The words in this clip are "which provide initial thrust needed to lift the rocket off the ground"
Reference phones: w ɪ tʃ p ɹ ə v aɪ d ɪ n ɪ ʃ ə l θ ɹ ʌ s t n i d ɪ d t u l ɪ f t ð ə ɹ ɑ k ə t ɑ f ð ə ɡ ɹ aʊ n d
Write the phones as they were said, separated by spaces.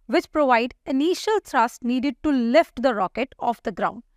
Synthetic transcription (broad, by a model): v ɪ tʃ p ɹ ə v aɪ d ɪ n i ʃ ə l t ɹ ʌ s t n i d ɪ d t u l ɪ f t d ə ɹ ɑ k ə t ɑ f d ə ɡ ɹ aʊ n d